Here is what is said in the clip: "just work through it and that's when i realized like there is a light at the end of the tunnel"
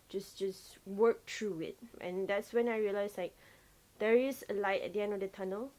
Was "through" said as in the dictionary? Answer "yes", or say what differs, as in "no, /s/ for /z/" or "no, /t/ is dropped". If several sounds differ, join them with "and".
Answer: no, /t/ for /θ/